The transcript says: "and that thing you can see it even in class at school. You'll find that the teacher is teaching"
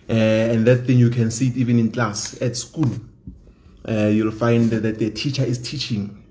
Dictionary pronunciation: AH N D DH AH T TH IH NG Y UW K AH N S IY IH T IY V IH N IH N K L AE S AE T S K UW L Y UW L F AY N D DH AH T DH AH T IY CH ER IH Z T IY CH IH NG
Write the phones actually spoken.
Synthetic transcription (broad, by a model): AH N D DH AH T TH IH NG Y UW K AH N S IY T IY V IH N IH N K L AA S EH T S K UW L Y UW L F AY N D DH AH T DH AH T IY CH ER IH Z T IY CH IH NG